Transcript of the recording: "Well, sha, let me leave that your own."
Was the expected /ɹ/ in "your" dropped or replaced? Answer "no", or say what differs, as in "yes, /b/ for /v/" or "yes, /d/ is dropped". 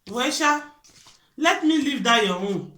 yes, /w/ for /ɹ/